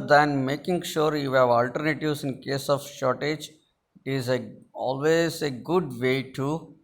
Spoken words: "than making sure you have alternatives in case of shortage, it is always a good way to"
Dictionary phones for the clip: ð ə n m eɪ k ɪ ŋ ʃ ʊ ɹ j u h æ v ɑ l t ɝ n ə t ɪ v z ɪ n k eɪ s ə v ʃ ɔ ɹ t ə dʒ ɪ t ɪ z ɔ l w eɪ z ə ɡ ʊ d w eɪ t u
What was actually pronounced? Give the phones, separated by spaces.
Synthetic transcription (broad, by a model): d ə n m eɪ k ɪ ŋ ʃ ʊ ɹ j u h æ v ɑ l t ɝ n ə t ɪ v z ɪ n k eɪ s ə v ʃ ɔ ɹ t ə dʒ ɪ t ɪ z ɔ l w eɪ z ə ɡ ʊ d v eɪ t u